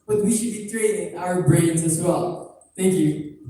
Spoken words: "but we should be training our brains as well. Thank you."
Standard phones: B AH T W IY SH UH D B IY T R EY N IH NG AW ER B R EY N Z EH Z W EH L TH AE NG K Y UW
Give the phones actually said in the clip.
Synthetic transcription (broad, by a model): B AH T W IY SH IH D B IY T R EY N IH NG AW ER B R EY N Z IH Z W EH L TH AE NG K Y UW